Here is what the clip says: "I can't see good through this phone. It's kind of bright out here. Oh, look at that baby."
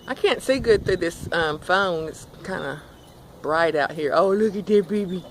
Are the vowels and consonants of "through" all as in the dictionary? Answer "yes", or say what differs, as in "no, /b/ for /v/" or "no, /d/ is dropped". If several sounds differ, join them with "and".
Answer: no, /ɹ/ is dropped